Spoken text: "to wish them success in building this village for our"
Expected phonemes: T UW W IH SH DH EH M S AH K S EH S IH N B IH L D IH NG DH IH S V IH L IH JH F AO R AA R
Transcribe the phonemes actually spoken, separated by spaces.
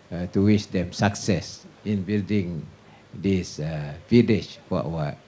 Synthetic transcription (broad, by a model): T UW W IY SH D EH M S AH K S EH S IH N B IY L D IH NG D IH S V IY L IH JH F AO W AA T